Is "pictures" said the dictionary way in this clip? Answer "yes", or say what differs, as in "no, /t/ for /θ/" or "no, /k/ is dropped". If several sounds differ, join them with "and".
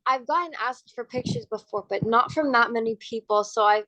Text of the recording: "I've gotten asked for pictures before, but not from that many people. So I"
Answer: yes